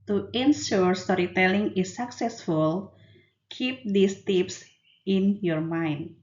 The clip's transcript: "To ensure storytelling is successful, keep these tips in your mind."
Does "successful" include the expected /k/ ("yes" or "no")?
yes